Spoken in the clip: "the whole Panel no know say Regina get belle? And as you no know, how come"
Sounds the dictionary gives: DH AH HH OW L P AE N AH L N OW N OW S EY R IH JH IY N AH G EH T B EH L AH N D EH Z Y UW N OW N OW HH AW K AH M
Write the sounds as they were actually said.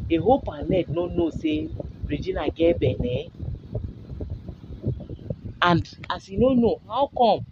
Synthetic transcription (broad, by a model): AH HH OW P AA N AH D N OW N OW S EY R IH JH IY N AH G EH B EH N AH N D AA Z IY N OW N OW HH AW K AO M